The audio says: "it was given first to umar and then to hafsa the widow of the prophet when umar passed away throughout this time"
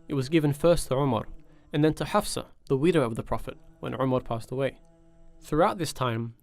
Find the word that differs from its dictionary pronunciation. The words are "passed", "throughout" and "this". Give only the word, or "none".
none